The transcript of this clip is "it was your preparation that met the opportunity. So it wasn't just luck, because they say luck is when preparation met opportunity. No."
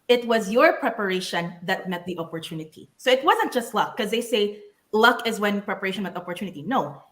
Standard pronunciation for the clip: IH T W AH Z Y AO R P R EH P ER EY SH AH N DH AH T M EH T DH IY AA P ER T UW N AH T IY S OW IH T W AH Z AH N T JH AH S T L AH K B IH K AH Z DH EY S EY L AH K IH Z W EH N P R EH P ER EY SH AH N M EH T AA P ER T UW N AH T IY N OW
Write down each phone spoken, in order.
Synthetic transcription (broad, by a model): IH T W AH Z Y AO R P R EH P ER EY SH AH N DH AH T M EH T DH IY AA P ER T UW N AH T IY S OW IH T W AH Z AH N T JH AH S T L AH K K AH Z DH EY S EY L AH K IH Z W EH N P R EH P ER EY SH AH N M EH T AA P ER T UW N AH T IY N OW